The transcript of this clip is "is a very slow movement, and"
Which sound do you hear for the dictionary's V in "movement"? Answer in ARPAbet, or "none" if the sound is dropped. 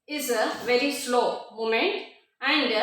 none